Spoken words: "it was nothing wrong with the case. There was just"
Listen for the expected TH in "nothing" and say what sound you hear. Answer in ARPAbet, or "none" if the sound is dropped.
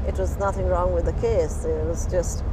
TH